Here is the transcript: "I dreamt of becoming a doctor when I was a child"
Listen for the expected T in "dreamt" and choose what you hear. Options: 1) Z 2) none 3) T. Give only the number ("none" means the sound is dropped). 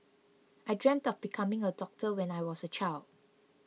3